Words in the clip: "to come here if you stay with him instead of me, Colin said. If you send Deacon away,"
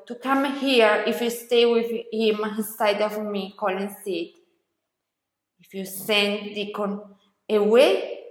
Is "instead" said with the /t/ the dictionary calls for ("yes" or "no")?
no